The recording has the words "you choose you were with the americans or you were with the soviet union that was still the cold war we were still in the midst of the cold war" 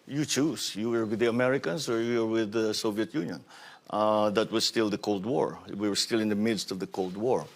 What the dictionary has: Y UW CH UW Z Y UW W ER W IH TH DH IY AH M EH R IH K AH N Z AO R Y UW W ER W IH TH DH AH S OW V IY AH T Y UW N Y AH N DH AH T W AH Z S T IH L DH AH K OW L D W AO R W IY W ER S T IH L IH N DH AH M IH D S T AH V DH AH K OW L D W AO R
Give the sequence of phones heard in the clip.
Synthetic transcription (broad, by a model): Y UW CH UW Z Y UW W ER W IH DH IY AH M EH R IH K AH N S AO R Y UW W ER W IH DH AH S OW V IY AH T Y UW N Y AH N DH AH T W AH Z S T IH L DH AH K OW L D W AO R W IY W ER S T IH L IH N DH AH M IH D S T AH V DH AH K OW L D W AO R